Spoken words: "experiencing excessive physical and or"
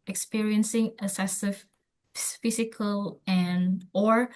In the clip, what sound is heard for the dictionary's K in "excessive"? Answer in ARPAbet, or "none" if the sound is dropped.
none